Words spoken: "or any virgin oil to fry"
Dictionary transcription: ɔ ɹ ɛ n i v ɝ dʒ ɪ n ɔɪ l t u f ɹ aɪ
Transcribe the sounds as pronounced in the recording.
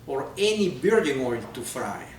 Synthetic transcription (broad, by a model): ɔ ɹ ɛ n i b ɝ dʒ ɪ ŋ ɔɪ l t u f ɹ aɪ